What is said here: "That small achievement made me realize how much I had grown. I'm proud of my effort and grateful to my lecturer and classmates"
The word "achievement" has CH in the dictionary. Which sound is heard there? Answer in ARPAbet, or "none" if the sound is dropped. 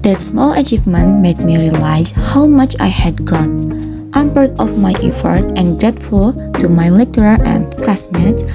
CH